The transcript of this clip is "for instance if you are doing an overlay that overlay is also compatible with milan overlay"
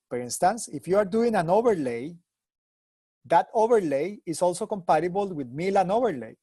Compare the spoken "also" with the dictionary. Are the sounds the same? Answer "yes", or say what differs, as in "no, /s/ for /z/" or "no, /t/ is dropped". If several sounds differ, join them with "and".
yes